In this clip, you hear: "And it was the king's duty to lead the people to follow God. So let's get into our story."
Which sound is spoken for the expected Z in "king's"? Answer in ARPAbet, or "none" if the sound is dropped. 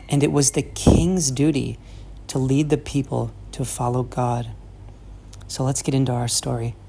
Z